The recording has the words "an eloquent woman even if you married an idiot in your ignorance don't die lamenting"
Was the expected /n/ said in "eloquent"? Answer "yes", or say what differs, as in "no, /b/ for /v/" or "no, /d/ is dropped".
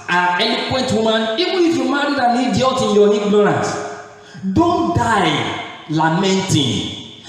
yes